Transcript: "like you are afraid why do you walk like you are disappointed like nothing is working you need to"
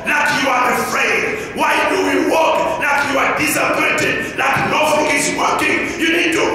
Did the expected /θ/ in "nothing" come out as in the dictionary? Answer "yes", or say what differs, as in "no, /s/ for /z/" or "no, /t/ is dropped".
no, /f/ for /θ/